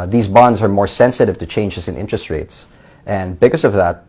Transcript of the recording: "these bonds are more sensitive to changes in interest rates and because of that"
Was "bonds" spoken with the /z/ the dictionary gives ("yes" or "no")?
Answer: yes